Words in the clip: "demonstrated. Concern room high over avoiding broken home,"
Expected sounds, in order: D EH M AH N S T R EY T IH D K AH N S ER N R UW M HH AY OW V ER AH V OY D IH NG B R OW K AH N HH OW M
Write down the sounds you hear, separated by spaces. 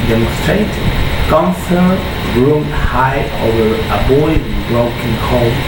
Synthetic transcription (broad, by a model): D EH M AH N S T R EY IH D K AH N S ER R UW M HH AY OW V ER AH B OY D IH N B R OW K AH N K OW